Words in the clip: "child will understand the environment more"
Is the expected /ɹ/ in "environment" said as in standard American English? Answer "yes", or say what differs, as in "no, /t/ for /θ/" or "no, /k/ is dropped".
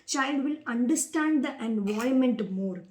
no, /ɹ/ is dropped